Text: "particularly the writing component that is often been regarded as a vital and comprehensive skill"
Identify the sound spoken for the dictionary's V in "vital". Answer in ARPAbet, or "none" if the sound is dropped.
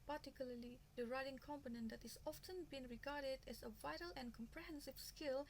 V